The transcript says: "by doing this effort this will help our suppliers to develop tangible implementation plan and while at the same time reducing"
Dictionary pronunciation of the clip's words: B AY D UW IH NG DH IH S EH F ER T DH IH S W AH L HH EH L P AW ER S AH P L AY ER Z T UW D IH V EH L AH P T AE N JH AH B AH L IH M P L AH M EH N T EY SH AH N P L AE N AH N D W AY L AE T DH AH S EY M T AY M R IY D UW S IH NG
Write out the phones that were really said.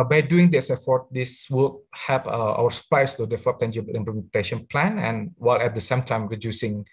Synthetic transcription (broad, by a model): B AY D UW IH NG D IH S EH F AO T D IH S W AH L HH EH P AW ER S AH P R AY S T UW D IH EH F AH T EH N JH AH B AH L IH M P L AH M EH N T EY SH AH N P L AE N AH N W AY L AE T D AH S EY M T AY M R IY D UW S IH NG